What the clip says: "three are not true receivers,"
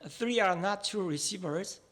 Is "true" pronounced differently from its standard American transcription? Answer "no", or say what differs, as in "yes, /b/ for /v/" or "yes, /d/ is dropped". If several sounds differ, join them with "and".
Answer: yes, /ɹ/ is dropped